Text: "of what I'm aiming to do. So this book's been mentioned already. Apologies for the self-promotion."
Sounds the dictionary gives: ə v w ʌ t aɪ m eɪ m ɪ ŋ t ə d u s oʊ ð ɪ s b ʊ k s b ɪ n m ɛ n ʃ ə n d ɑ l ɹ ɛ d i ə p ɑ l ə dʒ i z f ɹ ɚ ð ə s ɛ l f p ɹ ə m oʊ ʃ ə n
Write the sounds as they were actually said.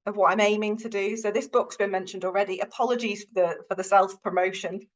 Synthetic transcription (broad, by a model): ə v w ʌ t aɪ m eɪ m ɪ ŋ t ə d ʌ s oʊ ð ɪ s b ʊ k s b ɪ n m ɛ n ʃ ə n d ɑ l ɹ ɛ d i ə p ɑ l ə dʒ i z f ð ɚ ð ə s ɛ l f p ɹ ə m oʊ ʃ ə n